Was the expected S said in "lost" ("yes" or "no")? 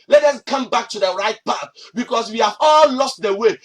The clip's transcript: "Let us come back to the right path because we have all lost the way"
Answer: yes